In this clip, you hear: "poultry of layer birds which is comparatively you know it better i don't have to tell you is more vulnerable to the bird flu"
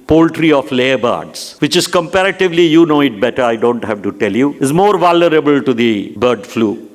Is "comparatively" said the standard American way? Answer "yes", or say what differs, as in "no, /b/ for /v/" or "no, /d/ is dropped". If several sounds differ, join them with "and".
yes